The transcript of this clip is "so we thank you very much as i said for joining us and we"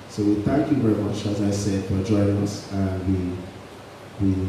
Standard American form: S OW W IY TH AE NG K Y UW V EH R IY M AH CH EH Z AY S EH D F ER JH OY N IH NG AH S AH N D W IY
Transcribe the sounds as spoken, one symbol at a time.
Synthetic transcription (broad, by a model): S OW W IY TH AE NG K Y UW V EH R IY M AH CH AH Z AY S EH D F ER JH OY IH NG AH S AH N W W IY